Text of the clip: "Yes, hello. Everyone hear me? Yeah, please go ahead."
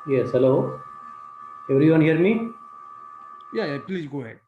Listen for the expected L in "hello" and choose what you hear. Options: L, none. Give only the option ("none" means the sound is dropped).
L